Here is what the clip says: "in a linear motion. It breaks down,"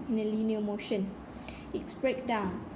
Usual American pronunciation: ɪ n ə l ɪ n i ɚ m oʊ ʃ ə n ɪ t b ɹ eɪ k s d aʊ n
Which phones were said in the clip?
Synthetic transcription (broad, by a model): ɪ n ə l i n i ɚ m oʊ ʃ ə n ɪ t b ɹ eɪ k d aʊ n